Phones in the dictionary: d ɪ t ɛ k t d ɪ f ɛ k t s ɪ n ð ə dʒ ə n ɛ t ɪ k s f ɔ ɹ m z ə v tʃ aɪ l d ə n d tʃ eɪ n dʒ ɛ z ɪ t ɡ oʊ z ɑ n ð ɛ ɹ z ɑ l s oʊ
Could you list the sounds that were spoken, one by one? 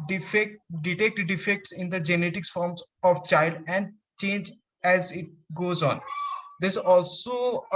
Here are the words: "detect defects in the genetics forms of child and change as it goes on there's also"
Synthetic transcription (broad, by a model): d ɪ t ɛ k t d ɪ f ɛ k t s ɪ n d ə dʒ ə n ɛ t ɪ k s f ɔ ɹ m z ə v tʃ aɪ l d ə n d tʃ eɪ n dʒ ɛ z ɪ t ɡ oʊ z ɑ n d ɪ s ɑ l s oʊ